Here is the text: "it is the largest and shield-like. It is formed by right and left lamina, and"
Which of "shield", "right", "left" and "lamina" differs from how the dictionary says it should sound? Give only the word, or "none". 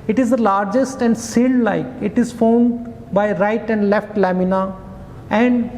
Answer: shield